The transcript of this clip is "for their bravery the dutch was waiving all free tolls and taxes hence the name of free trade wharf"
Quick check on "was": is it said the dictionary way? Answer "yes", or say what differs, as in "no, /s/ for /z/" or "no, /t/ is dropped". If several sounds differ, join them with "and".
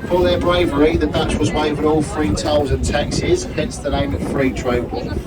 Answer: yes